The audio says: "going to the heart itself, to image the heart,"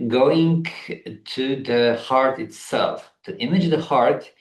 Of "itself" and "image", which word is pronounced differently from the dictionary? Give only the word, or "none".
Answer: none